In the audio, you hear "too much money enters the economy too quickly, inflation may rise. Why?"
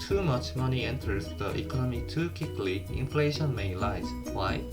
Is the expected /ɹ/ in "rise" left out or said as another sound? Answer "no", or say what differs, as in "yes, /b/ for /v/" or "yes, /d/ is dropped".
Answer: yes, /l/ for /ɹ/